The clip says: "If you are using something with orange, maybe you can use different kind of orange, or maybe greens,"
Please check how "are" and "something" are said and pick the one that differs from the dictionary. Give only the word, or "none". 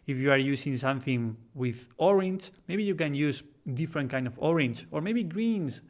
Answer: none